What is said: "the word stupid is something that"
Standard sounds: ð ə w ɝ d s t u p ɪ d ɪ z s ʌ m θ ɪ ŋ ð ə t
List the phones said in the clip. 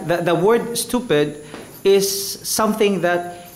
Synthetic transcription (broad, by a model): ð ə w ɝ d s t u p ɪ d ɪ z s ʌ m θ ɪ ŋ ð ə t